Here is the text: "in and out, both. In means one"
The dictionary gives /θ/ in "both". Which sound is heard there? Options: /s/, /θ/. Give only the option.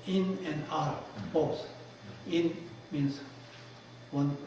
/s/